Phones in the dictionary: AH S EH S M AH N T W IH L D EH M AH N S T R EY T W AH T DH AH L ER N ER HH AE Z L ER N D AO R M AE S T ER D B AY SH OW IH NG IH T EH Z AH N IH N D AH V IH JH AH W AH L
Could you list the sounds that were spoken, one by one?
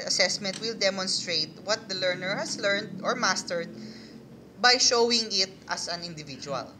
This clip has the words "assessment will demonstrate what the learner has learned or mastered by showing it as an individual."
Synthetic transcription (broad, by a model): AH S EH S M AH N T W IH L D EH M AH N S T R EY T W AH T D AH L ER N ER HH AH S L ER N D AO R M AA S T ER D B AY SH OW IH NG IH T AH S AH N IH N D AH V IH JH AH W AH L